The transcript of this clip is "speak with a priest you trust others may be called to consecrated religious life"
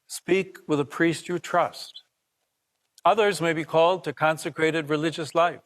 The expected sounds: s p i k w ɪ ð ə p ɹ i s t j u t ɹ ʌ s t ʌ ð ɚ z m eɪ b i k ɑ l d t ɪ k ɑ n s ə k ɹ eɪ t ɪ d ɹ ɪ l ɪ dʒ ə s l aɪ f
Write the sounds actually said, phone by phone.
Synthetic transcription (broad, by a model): s p i k w ɪ ð ə p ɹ i s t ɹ t ɹ ʌ s t ʌ ð ɚ z m eɪ b i k ɑ l d t ɪ k ɑ n s ə k ɹ eɪ t ɪ d ɹ ɪ l ɪ dʒ ə s l aɪ f